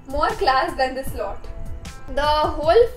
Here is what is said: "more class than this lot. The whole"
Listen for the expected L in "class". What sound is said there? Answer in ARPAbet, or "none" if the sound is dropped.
L